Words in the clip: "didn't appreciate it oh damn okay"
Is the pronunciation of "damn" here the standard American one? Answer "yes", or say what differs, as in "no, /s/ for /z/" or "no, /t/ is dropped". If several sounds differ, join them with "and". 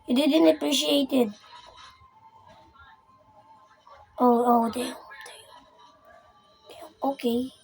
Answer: no, /m/ is dropped